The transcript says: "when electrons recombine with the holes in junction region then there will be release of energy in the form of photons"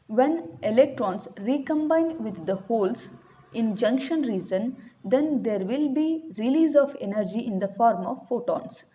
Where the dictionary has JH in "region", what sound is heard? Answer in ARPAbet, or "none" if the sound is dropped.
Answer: Z